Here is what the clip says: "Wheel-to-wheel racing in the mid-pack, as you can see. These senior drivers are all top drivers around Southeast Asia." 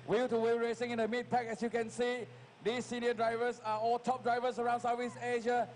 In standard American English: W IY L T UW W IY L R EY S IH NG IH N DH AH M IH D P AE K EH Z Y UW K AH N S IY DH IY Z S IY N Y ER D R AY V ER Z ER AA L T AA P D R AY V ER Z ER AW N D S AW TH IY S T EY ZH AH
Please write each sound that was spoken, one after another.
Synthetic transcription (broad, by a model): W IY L T UW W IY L R EY S IH NG IH N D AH M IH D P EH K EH S Y UW K AH N S IY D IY S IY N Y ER D R AY V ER S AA AA L T AA P D R AY V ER S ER AW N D S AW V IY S EY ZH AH